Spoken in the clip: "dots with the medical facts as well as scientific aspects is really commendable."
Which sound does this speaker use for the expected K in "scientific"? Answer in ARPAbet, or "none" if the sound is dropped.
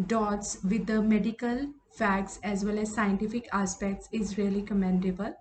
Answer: K